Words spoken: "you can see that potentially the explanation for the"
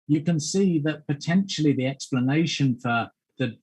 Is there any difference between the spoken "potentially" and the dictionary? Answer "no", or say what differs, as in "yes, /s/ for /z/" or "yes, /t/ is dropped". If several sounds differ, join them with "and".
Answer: no